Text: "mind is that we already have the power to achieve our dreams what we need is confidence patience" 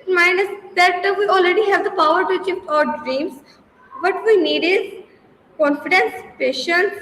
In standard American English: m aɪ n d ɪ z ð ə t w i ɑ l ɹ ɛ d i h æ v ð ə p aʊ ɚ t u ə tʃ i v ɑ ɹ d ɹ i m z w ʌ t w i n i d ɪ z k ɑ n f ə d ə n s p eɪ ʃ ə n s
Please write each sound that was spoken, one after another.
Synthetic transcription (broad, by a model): m aɪ n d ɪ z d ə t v i ɑ l ɹ ɛ d i h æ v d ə p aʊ ɚ t u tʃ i p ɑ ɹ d ɹ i m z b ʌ t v i n i d ɪ z k ɑ n f ə d ə n s p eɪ ʃ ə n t